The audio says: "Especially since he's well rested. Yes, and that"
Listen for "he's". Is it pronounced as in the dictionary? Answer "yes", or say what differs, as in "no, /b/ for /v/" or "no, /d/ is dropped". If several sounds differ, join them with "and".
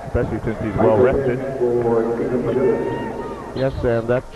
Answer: yes